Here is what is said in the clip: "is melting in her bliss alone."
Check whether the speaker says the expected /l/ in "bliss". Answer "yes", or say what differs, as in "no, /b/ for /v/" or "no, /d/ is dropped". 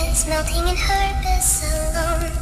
no, /l/ is dropped